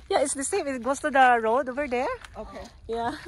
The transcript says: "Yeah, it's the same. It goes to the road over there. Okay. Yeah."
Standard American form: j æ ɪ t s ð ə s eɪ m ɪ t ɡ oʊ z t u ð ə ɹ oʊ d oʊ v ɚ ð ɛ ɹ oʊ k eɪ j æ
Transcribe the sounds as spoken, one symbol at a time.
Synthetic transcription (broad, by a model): j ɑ ɪ t s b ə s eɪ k ɪ t ɡ oʊ s t u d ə ɹ oʊ d oʊ v ɚ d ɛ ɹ oʊ k eɪ j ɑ